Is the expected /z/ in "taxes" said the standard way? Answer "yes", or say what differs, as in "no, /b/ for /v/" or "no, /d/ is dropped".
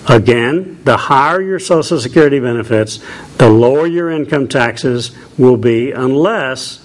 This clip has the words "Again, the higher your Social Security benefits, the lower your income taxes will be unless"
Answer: yes